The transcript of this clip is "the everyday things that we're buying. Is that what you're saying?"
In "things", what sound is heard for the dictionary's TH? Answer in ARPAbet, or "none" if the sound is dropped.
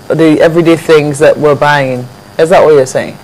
TH